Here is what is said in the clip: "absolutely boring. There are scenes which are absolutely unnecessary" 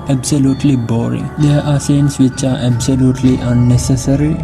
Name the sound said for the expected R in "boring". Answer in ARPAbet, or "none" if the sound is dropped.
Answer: R